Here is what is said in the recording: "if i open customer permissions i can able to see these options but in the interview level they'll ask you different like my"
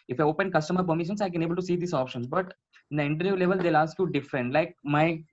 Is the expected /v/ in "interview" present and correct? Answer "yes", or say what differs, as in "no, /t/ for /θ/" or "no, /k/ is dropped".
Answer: no, /v/ is dropped